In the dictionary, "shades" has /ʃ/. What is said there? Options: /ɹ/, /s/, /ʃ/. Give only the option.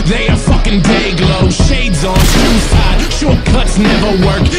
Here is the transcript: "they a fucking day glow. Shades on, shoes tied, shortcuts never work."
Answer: /ʃ/